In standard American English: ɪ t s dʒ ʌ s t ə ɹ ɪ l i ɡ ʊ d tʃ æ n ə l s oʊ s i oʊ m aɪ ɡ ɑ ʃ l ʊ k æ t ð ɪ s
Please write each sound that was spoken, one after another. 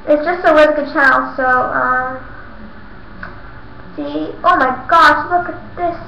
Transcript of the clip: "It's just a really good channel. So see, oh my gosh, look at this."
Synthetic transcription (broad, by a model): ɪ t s dʒ ʌ s t ə l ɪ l ɡ ʊ d tʃ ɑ ə l s oʊ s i oʊ m aɪ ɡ ɑ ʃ l ʊ k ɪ t ð ɪ s